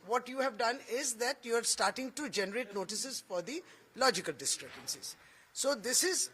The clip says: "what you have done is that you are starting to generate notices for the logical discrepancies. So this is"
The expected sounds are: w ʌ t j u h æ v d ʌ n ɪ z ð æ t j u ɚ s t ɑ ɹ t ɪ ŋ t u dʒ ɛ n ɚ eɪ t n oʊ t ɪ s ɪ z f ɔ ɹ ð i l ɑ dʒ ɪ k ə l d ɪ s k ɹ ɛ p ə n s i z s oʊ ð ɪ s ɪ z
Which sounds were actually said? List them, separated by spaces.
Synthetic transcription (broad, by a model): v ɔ t j u h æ v d ʌ n ɪ z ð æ t j u ɚ s t ɑ ɹ t ɪ ŋ t u dʒ ɛ n ɚ eɪ t n oʊ t ɪ s ɪ z f ɔ ɹ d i l ɑ dʒ ɪ k ə l d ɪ s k ɹ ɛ b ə n s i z s oʊ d ɪ s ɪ z